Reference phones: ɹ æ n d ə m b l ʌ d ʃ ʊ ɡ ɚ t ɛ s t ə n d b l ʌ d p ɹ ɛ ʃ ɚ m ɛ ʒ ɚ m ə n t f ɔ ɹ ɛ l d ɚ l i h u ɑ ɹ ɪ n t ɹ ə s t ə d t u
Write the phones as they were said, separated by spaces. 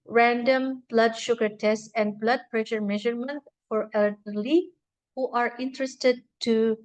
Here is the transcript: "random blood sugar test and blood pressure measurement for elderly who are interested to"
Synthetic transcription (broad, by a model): ɹ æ n d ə m b l ʌ d ʃ ʊ ɡ ɚ t ɛ s t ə n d b l ʌ d p ɹ ɛ ʃ ɚ m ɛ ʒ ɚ m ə n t f ɔ ɹ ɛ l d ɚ l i h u ɑ ɹ ɪ n t ɹ ə s t ə d t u